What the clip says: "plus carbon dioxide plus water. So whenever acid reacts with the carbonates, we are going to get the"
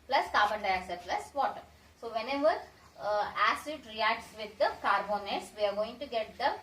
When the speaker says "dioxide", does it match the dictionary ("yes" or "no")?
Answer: no